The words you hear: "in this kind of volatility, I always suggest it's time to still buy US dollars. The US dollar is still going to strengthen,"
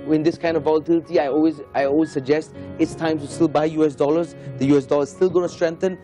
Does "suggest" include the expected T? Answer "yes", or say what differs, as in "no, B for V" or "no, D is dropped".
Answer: yes